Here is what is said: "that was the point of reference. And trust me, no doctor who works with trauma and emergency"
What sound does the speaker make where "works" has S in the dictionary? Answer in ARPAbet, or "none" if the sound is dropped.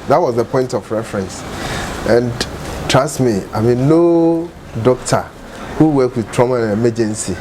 none